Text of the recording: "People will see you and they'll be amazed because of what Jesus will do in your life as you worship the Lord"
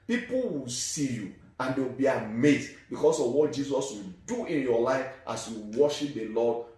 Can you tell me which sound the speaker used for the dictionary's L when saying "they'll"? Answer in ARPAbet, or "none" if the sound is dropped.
W